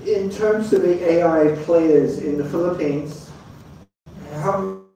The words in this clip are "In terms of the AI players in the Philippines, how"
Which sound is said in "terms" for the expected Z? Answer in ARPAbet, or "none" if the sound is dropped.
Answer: Z